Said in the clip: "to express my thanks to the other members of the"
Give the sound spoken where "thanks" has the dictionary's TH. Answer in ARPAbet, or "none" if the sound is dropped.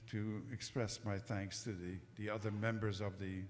TH